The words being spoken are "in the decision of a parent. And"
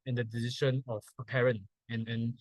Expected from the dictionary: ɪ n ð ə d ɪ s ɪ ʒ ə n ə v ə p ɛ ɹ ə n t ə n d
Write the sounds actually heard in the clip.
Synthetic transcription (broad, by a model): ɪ n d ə d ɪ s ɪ ʃ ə n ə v ə p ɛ ɹ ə n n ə n